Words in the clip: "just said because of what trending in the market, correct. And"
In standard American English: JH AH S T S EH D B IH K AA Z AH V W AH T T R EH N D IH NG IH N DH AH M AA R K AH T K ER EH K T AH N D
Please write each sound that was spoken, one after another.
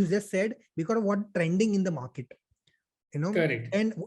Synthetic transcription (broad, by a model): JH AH S T S EH D B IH K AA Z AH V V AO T T R EH N D IH NG IH N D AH M AA R K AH T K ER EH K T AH N D